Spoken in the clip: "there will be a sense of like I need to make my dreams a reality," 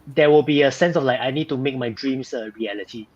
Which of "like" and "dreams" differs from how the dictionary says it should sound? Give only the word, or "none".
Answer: dreams